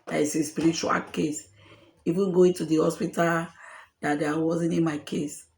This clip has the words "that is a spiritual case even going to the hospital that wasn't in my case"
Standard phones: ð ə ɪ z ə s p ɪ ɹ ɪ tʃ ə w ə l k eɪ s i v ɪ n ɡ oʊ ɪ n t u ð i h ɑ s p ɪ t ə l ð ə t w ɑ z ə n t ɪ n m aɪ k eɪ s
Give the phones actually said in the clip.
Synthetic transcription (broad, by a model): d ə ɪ s ə s p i ɹ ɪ tʃ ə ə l k eɪ s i f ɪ ɡ oʊ ɪ n t u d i h ɑ s p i t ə l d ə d w ɑ z ə n t ɪ n m aɪ k eɪ s